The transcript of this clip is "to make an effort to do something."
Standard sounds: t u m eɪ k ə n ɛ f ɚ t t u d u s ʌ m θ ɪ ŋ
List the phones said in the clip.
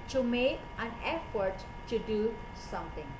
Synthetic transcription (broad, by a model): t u m eɪ k ə n ɛ f ɚ t t u d u s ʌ m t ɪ ŋ